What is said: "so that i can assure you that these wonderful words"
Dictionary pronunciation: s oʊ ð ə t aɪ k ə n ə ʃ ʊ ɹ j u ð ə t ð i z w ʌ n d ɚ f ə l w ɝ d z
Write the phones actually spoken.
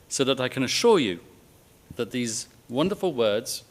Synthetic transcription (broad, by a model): s oʊ ð ə t aɪ k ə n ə ʃ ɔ j u ð ə t ð i z w ʌ n d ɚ f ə l w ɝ d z